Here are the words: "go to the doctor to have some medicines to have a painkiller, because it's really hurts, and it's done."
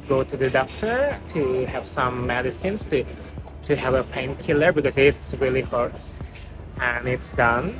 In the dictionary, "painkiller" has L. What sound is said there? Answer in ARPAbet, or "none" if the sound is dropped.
L